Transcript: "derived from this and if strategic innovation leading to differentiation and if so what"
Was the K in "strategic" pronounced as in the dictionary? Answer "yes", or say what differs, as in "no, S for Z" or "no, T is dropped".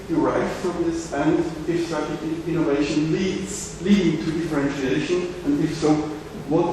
no, K is dropped